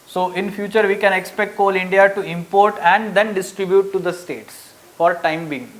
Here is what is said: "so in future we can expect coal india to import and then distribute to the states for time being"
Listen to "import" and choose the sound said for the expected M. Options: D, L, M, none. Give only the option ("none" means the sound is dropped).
M